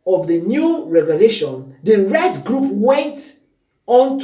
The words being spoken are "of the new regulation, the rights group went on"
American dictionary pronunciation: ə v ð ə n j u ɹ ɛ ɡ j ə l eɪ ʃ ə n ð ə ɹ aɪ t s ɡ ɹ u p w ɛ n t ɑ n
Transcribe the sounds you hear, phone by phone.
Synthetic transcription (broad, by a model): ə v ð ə n j u ɹ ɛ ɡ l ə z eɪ ʃ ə n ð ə ɹ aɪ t ɡ ɹ u p w ɛ n t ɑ n